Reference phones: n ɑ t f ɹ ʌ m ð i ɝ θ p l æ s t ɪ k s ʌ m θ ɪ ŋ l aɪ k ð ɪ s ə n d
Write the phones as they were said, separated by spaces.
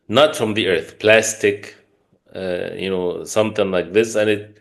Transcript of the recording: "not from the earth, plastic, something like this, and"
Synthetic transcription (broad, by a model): n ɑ t f ɹ ʌ m ð i ɝ θ p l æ s t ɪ k s ʌ m θ ɪ ŋ l aɪ k ð ɪ s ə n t